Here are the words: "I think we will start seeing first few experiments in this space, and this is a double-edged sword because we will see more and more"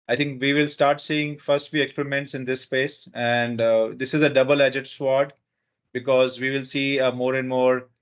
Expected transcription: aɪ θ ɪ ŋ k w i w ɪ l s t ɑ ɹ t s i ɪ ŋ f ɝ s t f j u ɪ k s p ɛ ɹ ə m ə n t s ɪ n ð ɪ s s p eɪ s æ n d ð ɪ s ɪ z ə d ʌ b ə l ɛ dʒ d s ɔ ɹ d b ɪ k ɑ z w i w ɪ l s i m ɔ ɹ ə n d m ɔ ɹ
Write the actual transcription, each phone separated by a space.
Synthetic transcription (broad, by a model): aɪ t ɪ ŋ k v i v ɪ l s t ɑ ɹ t s i ɪ ŋ f ɝ s t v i ɪ k s p ɛ ɹ ə m ə n t s ɪ n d ɪ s s p eɪ s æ n d ɪ s ɪ z ə d ʌ b ə l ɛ dʒ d s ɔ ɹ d b ɪ k ɑ z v i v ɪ l s i m ɔ ɹ ə n d m ɔ ɹ